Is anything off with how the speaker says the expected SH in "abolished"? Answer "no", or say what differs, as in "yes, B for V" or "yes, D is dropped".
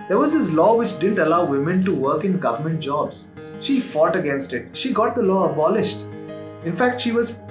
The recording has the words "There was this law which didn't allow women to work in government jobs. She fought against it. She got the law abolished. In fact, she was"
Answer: no